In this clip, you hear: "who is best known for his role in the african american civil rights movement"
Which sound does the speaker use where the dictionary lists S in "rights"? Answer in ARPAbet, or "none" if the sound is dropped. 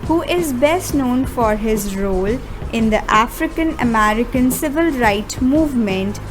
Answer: none